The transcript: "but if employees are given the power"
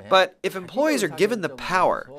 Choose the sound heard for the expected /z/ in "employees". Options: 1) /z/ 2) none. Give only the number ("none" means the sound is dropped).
1